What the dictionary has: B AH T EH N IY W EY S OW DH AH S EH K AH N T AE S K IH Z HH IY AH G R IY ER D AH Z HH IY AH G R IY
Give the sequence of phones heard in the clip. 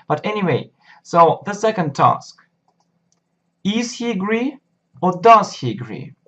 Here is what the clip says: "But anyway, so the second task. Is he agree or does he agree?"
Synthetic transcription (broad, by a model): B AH T EH N IY W EY S OW DH AH S EH K AH N T AE S K IH Z HH IY AH G R IY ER D AH Z HH IY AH G R IY